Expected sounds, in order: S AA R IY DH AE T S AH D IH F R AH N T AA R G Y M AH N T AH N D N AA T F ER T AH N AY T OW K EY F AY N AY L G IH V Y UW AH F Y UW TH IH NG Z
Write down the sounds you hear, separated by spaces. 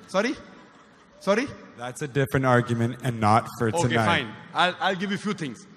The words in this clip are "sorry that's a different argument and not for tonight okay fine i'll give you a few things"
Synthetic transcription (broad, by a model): S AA R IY DH AE T S AH D IH F R AH N T AA R G Y M AH N T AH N N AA T F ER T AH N AY AA IH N AY L AY L G IH V Y UW F Y UW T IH NG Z